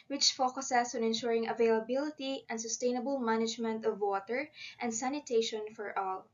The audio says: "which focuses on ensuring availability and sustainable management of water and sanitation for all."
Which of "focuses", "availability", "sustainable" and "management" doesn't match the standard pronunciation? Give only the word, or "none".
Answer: focuses